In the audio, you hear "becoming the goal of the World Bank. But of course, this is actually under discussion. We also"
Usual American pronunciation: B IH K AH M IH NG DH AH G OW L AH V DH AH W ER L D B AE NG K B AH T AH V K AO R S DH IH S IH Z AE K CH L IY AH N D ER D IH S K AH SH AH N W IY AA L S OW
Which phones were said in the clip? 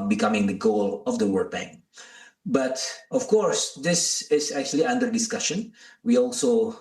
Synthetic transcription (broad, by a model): B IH K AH M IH NG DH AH G OW L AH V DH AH W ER D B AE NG B AH T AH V K AO R S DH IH S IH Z AE K CH L IY AH N D ER D IH S K AH SH AH N W IY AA L S OW